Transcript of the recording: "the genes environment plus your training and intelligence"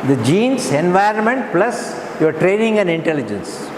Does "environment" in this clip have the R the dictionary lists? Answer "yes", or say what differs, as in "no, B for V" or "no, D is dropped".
yes